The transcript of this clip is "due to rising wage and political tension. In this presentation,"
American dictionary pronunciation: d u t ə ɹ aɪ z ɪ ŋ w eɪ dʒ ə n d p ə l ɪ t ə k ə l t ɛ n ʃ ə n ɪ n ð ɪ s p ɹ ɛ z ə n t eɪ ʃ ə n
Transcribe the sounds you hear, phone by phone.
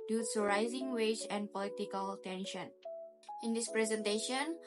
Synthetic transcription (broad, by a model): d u s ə ɹ aɪ z ɪ ŋ w eɪ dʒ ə n p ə l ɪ t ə k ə l t ɛ n ʃ ə n ɪ n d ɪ s p ɹ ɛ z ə n t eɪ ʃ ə n